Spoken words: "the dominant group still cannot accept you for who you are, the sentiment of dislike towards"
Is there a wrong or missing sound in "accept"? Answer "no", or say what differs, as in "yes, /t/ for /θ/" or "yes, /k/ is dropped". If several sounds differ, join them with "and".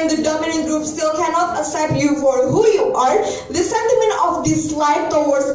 yes, /k/ is dropped and /p/ is dropped